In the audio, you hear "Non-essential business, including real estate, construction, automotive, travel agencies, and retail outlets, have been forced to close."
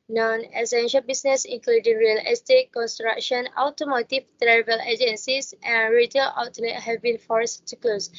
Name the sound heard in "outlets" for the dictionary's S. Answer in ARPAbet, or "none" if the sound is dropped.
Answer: none